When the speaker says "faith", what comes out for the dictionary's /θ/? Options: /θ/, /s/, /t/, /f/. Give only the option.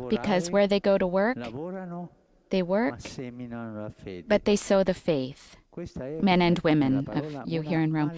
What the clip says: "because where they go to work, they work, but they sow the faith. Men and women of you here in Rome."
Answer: /θ/